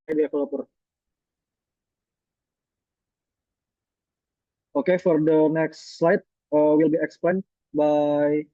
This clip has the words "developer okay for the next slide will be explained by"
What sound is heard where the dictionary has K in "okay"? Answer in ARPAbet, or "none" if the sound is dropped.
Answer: K